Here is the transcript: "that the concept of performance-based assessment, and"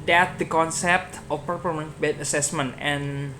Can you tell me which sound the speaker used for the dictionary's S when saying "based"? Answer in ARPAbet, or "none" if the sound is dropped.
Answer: none